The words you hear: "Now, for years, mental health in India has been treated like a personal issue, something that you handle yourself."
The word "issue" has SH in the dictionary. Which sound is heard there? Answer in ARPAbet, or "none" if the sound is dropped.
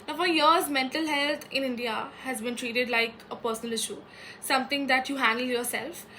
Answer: SH